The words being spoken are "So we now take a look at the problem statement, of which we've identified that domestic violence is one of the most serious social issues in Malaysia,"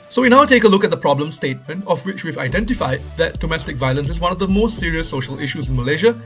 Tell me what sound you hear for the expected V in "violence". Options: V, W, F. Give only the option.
V